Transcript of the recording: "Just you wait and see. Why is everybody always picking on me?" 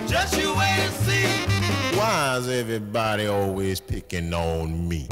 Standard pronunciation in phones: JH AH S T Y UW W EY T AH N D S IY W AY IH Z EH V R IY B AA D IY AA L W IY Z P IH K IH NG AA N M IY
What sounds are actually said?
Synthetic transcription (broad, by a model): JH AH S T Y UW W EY AH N S IY W AY IH Z EH V R IY B AA D IY AA L W IY Z P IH K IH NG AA N M IY